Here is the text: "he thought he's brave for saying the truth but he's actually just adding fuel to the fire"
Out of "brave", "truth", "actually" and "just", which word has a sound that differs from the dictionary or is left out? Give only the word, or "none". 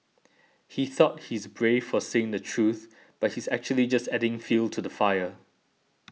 none